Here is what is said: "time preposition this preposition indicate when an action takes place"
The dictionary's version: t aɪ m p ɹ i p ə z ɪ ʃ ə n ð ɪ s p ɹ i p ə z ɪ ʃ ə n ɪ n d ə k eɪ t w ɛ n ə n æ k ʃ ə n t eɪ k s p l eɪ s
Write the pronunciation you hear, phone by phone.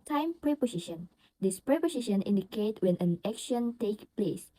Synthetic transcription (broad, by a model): t aɪ m p ɹ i p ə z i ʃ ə n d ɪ s p ɹ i p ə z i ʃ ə n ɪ n d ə k eɪ t w ɛ n ə n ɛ k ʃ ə n t eɪ k p l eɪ s